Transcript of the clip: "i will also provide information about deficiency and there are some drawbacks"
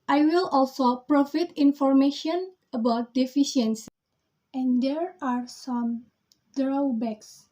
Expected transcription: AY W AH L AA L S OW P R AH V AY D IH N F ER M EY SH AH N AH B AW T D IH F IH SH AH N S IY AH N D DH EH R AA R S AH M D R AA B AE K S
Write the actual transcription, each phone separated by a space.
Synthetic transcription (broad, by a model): AY W AH L AA L S OW P R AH F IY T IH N F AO M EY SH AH N AH B AW T D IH F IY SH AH N S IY AH N D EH R AA R S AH M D R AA B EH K S